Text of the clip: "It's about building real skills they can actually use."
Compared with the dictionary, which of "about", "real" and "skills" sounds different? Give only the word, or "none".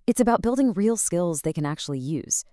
none